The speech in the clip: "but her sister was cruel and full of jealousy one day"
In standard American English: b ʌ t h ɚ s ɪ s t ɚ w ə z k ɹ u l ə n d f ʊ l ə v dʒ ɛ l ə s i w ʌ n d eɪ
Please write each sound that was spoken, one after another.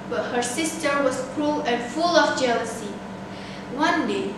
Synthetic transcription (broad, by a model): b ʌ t h ɚ s ɪ s t ɚ w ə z k ɹ u l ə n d f ʊ l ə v dʒ ɛ l ə s i w ʌ n d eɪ